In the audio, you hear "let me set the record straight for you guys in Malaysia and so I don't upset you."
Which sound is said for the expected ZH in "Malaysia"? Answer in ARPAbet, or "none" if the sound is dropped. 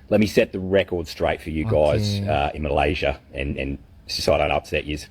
ZH